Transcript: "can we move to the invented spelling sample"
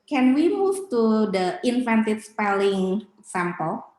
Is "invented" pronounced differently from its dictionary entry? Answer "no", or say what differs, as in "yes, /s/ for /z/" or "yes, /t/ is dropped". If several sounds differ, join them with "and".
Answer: yes, /f/ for /v/